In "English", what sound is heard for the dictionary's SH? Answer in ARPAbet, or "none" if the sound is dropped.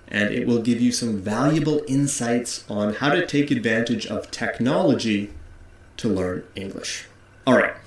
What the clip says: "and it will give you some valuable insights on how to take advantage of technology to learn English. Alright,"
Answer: SH